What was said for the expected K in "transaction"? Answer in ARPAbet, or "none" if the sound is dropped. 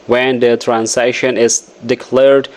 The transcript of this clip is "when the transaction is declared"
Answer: none